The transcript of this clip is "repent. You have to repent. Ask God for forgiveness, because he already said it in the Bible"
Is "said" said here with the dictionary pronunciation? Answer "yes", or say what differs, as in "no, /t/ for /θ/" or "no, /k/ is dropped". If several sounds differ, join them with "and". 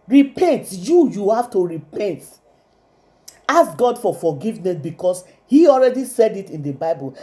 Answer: yes